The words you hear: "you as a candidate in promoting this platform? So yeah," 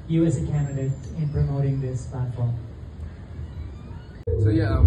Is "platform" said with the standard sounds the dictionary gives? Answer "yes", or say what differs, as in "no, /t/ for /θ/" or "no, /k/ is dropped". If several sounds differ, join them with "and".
yes